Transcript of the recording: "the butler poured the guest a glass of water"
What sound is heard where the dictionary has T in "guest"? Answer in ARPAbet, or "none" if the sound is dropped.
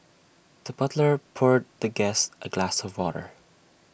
T